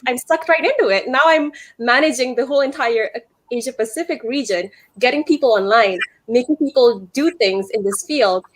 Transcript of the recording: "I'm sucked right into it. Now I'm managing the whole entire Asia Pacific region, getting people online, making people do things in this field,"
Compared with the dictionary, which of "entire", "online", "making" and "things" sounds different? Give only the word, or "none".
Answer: none